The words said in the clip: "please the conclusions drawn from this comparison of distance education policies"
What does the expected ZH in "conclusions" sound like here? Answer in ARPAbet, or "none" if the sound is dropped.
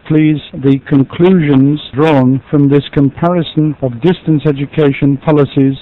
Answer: ZH